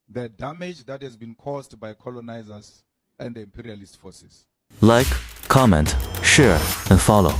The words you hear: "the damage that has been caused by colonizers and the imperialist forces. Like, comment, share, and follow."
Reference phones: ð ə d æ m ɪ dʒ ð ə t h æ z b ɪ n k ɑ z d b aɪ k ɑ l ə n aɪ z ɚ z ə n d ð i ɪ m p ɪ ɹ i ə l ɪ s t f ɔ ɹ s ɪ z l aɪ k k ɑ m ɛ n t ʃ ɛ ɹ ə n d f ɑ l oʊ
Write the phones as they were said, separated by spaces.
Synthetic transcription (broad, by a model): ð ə d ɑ m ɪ dʒ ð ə t h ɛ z b ɪ n k ɑ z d b aɪ k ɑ l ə n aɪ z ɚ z ə n d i m p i ɹ i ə l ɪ s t f ɔ s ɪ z l aɪ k k ɑ m ɛ n t ʃ ɛ ɹ ə n d f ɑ l oʊ